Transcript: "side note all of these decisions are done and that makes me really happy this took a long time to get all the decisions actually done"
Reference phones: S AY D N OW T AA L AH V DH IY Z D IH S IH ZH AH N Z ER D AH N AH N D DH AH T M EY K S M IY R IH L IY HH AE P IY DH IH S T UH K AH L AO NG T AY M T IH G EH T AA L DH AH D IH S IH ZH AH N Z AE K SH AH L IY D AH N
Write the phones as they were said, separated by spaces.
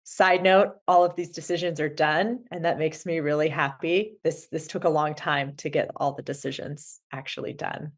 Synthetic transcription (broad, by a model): S AY D N OW T AA L AH V DH IY Z D IH S IH ZH AH N Z ER D AH N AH N DH AH T M EY K S M IY R IH L IY HH AE P IY DH IH S T UH K AH L AO NG T AY M T IH G EH T AA L DH AH D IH S IH ZH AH N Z AE K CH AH L IY D AH N